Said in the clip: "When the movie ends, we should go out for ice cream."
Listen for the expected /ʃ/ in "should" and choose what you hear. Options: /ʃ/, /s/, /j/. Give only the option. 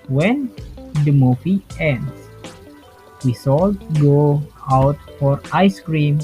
/s/